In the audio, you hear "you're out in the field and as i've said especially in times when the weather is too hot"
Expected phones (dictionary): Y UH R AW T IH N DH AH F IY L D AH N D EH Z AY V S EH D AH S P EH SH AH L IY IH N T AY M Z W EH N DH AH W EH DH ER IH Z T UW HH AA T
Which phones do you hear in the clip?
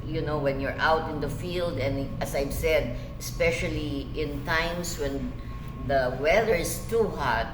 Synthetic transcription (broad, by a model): Y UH R AW T IH N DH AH F IY L D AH N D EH S AY V S EH D AH S P EH SH AH L IY IH N T AY M S W EH N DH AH W EH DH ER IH S T UW HH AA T